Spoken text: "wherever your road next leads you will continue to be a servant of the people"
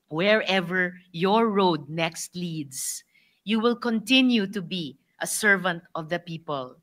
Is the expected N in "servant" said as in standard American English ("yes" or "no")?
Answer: yes